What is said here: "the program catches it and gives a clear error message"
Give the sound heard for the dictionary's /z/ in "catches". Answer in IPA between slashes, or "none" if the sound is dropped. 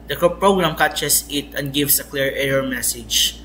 /s/